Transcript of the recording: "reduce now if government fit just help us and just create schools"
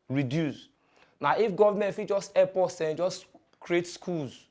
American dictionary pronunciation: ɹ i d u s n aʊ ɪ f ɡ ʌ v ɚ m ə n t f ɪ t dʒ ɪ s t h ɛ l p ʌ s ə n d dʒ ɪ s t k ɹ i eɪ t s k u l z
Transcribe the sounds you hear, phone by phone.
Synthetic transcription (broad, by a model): ɹ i d u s n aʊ ɪ f ɡ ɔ v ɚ m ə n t f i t dʒ ɪ s t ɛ p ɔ s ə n dʒ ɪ s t k ɹ i eɪ t s k u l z